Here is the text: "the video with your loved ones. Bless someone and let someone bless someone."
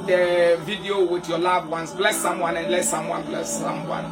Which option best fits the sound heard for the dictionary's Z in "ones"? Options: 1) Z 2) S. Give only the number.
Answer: 2